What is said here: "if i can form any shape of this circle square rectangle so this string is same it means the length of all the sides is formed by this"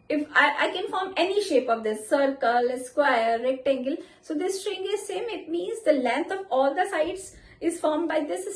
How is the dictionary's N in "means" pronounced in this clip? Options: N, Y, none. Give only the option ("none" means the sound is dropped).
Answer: N